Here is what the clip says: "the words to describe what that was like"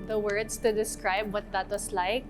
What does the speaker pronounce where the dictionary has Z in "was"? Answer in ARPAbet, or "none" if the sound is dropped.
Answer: S